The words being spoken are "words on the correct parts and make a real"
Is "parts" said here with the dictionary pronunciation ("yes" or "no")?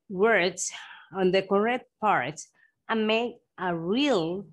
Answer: no